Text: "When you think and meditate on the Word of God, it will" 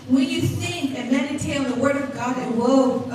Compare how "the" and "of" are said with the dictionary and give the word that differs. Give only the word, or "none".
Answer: none